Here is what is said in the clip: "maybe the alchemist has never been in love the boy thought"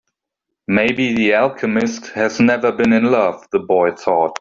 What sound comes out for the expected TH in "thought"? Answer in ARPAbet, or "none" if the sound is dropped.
TH